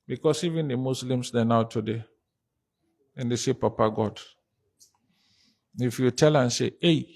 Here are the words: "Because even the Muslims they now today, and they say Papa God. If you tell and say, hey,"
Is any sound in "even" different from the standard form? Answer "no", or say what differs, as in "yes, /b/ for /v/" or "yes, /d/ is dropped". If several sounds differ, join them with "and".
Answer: no